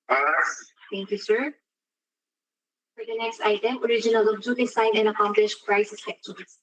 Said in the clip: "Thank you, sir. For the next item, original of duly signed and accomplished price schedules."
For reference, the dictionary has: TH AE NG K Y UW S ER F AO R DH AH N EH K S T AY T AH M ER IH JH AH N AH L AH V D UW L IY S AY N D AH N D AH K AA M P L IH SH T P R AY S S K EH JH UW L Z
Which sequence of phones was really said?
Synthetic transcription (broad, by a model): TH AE NG K Y UW S ER F AO R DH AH N EH K S T AY T AH M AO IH JH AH N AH L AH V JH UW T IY S AY D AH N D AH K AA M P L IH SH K R AY S S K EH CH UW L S